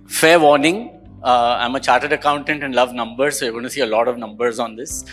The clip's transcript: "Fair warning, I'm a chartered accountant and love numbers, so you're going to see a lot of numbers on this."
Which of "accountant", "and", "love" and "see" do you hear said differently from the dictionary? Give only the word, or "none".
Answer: none